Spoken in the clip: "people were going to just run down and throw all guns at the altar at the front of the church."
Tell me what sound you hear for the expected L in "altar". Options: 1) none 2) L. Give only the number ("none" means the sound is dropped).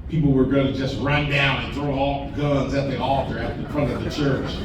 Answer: 1